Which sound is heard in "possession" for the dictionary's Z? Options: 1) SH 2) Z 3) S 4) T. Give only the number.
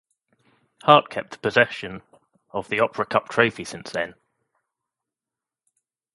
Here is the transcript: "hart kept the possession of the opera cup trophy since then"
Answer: 2